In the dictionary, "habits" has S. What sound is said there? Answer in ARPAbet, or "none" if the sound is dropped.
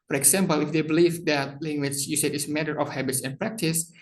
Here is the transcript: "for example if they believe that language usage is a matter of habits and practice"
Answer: S